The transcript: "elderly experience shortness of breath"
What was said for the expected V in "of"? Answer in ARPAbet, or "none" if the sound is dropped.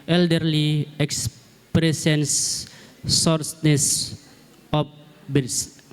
P